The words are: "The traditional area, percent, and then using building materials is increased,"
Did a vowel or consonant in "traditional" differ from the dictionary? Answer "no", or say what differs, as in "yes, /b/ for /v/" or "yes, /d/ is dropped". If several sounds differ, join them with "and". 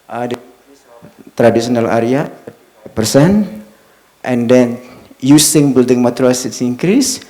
yes, /s/ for /ʃ/